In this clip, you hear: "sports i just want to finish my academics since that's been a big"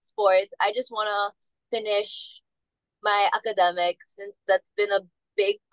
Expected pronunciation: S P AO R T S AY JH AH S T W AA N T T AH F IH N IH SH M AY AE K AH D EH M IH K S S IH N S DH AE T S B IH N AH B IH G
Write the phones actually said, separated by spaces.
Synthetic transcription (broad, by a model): S P AO R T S AY JH AH S T W AA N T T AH F IH N IH SH M AY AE K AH D EH M IH K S S IH N S DH AE T S B IH N AH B IH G